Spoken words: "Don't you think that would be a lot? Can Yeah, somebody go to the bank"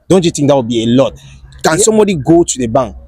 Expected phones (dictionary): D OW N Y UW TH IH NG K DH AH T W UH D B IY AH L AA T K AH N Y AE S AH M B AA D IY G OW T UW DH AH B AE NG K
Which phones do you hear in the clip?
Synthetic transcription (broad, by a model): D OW N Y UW T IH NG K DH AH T W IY B IY AH L AA T K AH N S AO M B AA D IY G OW T UW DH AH B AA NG K